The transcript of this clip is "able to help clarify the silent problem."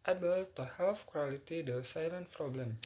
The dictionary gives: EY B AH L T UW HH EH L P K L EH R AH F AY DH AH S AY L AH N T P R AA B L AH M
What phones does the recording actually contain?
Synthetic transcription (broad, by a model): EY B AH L T UW HH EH L F K W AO L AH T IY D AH S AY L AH N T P R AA B L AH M